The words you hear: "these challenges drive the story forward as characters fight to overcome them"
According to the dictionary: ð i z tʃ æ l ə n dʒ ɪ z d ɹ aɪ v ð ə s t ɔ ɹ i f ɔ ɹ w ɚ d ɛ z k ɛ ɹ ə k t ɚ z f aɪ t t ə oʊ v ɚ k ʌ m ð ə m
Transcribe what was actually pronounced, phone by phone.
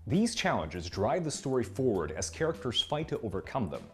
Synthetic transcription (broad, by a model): ð i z tʃ æ l ə n dʒ ɪ z d ɹ aɪ v ð ə s t ɔ ɹ i f ɔ ɹ w ɚ d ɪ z k ɛ ɹ ə k t ɚ z f aɪ t t ə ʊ v ɚ k ʌ m ð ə m